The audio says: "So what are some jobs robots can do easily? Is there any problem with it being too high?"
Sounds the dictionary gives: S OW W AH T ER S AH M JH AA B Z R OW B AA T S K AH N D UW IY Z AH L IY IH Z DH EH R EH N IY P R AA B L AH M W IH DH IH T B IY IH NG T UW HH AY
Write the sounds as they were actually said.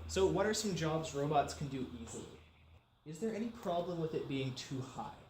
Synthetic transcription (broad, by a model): S OW W AH T ER S AH M JH AA B Z R OW B AA T S K N D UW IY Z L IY IH Z DH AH R EH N IY P R AA B L AH M W IH DH IH T B IY IH NG T UW HH AY